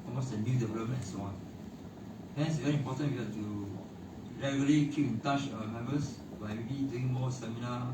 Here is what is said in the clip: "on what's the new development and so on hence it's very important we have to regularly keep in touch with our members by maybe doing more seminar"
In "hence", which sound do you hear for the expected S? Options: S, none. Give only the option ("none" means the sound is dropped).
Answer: none